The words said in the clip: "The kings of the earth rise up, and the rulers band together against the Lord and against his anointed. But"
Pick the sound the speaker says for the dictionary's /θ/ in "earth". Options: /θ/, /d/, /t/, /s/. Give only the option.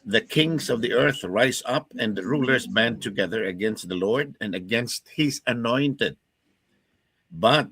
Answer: /θ/